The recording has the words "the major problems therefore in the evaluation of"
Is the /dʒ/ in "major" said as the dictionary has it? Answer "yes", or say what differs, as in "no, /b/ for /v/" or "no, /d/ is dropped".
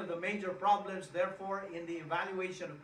yes